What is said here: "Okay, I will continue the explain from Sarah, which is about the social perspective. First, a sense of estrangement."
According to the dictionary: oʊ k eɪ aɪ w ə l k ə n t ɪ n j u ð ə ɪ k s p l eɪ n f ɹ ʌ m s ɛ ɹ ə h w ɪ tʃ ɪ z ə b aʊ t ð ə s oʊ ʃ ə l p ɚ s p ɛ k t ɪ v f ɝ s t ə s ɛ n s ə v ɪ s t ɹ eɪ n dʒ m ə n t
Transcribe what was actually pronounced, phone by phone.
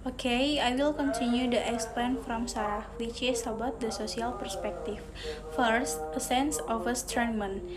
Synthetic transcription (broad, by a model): oʊ k eɪ aɪ w ə l k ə n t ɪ n j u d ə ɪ k s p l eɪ n f ɹ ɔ m s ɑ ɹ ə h w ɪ tʃ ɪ s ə b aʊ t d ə s oʊ s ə l p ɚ s p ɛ k t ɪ f f ɝ s t ə s ɛ n s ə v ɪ s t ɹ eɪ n m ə n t